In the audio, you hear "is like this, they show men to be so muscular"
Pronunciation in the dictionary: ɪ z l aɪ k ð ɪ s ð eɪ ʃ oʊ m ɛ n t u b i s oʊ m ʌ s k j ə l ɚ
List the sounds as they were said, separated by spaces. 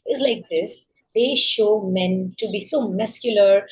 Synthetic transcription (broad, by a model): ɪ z l aɪ k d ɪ s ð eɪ ʃ oʊ m ɛ n t u b i s oʊ m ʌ s k j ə l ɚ